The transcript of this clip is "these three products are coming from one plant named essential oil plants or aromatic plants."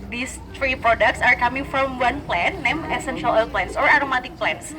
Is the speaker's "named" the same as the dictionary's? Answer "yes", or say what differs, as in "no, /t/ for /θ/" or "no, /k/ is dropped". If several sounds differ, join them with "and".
no, /d/ is dropped